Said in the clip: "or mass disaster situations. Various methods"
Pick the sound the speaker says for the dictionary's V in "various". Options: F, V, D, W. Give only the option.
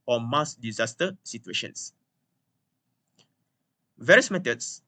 V